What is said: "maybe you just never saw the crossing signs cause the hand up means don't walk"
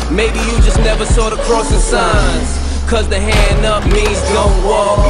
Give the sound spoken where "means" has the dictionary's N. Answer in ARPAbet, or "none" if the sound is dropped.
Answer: none